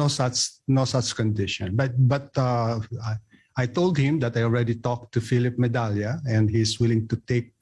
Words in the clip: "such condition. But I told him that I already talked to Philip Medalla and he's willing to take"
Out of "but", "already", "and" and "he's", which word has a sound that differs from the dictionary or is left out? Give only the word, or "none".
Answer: he's